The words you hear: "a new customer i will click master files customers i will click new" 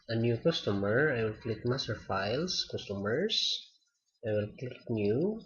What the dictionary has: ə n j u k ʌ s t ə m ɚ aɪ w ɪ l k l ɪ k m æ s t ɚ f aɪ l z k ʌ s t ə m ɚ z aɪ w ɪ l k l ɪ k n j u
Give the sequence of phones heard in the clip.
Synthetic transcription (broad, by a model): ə n j u k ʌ s t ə m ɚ aɪ w ɪ l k l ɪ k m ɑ s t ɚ f aɪ l s k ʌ s t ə m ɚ s aɪ w ɪ l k l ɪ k n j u